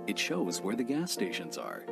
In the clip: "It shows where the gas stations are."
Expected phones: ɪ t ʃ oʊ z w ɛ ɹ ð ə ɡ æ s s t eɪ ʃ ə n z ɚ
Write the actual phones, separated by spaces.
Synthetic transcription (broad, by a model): ɪ t ʃ oʊ z w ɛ ɹ ð ə ɡ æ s s t eɪ ʃ ə n z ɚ